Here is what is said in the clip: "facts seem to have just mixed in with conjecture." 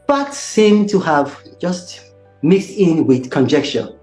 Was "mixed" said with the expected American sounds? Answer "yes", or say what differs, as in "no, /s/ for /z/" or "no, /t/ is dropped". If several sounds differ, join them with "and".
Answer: yes